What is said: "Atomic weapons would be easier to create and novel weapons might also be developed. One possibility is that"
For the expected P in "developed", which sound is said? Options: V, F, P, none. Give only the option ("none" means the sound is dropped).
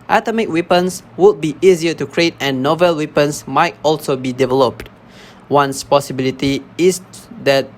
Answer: P